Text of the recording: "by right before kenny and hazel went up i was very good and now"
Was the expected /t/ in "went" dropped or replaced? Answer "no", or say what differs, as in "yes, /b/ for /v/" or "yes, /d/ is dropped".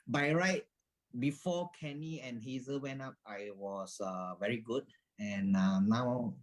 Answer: yes, /t/ is dropped